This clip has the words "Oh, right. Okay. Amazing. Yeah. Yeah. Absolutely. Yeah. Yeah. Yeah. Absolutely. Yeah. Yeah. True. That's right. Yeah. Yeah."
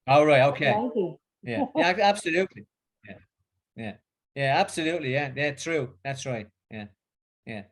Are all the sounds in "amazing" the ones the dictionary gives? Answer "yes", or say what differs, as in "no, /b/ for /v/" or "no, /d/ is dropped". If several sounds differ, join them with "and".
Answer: no, /m/ is dropped